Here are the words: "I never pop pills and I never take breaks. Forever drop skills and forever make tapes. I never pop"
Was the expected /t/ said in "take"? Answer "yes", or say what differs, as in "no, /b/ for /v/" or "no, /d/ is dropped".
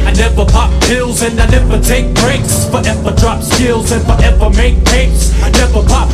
yes